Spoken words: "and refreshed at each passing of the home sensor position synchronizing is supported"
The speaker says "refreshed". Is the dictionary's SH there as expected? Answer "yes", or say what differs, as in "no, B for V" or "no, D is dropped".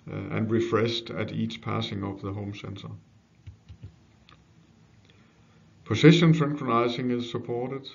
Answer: no, S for SH